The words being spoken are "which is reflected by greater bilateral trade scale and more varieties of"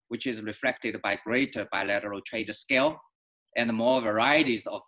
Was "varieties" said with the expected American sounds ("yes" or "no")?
yes